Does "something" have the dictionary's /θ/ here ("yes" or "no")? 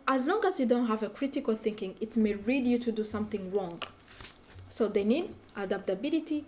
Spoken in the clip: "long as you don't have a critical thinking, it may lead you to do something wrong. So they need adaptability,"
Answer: yes